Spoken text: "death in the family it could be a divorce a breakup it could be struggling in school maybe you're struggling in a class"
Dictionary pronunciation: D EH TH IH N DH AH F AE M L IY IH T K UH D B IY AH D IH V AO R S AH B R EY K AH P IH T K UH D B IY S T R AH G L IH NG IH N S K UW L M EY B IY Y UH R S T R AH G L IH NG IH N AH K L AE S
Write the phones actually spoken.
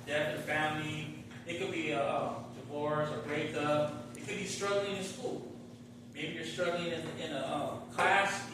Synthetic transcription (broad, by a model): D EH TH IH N F AE M L IY IH T K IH D B IY AH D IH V AO R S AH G R EY AH IH T K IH D B IY S T R AH G L IH NG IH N S K UW L M EY B IY Y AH R S T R AH G L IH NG IH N AH K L AE S